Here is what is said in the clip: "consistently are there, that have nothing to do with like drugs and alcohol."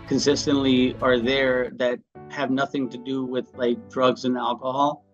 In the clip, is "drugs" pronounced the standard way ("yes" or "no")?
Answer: yes